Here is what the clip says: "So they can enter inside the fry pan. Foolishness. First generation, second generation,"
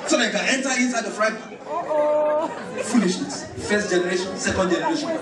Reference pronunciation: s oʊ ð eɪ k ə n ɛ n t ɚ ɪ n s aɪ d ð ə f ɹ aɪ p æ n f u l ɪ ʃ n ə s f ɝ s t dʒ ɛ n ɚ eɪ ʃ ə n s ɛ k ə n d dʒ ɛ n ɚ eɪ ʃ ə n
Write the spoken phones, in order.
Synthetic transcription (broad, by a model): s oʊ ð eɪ k ə n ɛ n t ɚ ɪ n s aɪ d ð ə f ɹ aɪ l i f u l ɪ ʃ ə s f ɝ s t dʒ ɛ n ɚ eɪ ʃ ə n s ɛ k ə n d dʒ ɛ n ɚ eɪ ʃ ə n